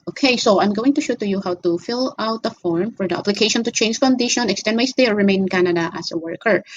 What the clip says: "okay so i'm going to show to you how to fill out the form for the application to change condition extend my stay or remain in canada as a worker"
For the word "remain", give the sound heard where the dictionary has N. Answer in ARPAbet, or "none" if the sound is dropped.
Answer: none